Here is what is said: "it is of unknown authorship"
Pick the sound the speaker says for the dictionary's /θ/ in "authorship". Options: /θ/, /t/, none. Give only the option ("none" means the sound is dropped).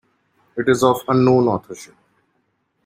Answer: /t/